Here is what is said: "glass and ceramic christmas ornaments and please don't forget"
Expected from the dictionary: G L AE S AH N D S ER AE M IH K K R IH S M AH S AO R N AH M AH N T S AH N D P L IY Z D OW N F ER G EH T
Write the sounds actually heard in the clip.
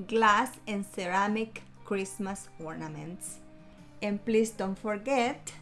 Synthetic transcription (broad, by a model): G L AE S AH N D S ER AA M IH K K R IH S M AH S AO R N AH M AH N T S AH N P L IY S D OW N F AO G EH T